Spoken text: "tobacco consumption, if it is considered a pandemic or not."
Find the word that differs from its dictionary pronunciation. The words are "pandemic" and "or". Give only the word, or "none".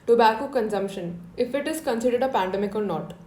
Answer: or